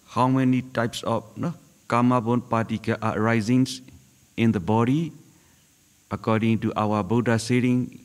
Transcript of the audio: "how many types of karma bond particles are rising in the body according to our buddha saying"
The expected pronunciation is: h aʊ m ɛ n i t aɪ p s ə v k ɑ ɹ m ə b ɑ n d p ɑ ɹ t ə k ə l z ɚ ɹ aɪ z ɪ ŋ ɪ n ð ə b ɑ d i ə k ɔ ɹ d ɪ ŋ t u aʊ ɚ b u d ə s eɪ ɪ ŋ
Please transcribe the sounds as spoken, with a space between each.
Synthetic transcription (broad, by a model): h aʊ m ɛ n i t aɪ p s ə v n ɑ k m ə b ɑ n p ɑ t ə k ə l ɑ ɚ ɹ aɪ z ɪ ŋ ɪ n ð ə b ɑ d i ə k ɔ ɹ d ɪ ŋ t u aʊ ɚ b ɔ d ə s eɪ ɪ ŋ